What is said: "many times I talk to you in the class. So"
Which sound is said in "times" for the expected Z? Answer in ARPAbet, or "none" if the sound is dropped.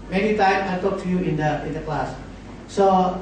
none